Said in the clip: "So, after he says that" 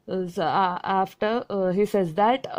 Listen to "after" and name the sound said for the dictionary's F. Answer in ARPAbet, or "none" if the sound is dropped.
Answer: F